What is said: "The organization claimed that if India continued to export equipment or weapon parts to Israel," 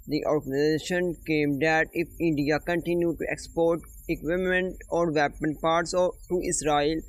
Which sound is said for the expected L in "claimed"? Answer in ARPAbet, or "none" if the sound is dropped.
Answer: none